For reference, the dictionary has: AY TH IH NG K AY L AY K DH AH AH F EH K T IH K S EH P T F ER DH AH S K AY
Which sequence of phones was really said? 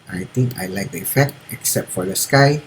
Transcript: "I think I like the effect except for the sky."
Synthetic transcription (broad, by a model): AY T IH NG K AY L AY K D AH AH F EH K T IH K S EH P T F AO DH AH S K AY